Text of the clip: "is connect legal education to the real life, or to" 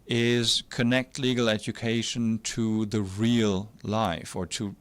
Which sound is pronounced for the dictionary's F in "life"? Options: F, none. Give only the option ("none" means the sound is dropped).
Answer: F